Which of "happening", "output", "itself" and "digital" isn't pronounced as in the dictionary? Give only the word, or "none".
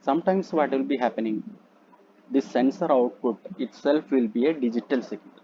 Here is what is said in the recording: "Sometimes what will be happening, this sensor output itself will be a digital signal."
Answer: none